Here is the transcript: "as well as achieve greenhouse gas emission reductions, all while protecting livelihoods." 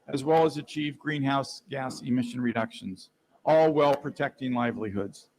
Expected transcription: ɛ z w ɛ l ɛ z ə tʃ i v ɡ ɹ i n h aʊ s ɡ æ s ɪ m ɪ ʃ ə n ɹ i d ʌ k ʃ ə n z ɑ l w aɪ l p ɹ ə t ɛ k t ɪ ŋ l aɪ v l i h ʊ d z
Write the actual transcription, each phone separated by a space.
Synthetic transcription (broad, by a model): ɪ z w ɛ l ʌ z ə tʃ i v ɡ ɹ i n h aʊ s ɡ æ s ɪ m ɪ ʃ ə n ɹ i d ʌ k ʃ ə n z ɑ l w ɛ l p ɹ ə t ɛ k t ɪ ŋ l aɪ v l i h ʊ d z